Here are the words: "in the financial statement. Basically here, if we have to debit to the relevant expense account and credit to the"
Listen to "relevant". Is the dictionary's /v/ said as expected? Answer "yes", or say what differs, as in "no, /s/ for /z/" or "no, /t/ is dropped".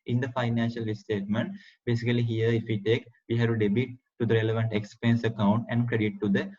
yes